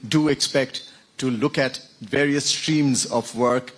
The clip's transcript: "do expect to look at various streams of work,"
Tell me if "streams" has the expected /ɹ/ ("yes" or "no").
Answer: yes